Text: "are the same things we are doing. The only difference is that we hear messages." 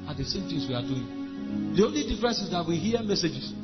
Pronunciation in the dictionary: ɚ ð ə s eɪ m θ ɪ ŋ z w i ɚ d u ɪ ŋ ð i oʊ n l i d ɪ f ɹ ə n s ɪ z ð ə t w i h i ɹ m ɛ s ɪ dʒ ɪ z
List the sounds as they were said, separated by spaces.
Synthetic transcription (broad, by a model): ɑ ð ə s eɪ m t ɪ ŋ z w i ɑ d u ɪ ŋ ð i oʊ n l i d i f ɹ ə n s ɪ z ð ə t w i h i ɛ m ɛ s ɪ dʒ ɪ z